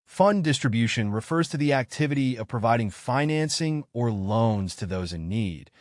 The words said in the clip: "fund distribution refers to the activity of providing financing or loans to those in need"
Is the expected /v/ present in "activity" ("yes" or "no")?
yes